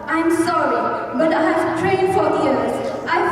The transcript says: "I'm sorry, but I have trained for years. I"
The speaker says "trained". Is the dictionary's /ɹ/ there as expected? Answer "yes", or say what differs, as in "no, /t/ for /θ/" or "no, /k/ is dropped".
no, /w/ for /ɹ/